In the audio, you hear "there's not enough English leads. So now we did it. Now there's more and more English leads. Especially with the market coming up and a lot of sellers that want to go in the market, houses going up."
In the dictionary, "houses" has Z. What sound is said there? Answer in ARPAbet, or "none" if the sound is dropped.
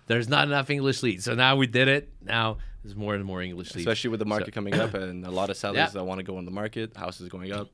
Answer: Z